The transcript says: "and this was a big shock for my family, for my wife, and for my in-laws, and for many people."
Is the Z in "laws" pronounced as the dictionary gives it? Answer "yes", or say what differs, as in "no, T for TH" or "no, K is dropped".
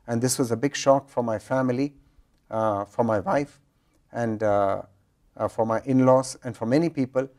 no, S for Z